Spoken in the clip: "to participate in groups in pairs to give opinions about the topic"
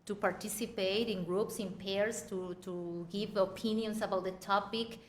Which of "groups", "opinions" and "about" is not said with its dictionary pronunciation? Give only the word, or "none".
opinions